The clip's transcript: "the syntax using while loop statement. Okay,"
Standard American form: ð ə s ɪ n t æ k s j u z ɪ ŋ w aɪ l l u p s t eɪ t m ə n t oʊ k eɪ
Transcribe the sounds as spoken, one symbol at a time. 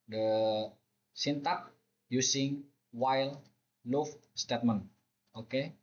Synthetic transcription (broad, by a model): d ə s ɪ n t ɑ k j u s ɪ ŋ w aɪ l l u f s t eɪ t m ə n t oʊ k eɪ